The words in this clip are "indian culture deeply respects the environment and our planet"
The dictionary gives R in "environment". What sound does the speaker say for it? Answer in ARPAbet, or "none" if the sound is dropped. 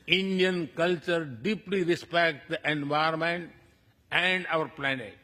none